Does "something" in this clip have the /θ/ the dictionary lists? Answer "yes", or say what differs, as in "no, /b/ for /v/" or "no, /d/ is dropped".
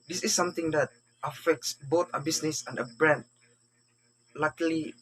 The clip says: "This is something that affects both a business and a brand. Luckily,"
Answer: no, /t/ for /θ/